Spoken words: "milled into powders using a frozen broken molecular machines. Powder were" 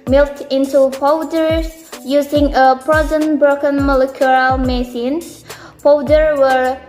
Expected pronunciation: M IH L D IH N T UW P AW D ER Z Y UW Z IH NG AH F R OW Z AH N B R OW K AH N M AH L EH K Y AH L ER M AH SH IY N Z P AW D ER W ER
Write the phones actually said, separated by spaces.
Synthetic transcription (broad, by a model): M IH L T IH N T UW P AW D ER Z Y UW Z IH NG AH P R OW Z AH N B R OW K AH N M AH L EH K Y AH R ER M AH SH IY N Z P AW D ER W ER